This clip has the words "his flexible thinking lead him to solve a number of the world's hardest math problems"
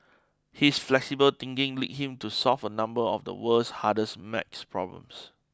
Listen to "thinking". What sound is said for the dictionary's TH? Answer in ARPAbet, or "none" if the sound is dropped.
T